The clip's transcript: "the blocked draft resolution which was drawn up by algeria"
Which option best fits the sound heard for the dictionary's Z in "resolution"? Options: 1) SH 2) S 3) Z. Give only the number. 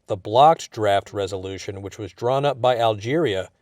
3